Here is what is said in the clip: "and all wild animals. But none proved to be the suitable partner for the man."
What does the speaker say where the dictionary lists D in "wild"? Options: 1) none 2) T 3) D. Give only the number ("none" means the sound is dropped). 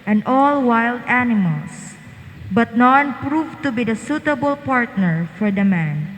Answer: 3